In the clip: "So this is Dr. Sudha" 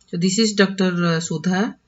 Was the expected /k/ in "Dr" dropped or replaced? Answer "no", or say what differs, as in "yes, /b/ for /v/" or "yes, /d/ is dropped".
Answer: no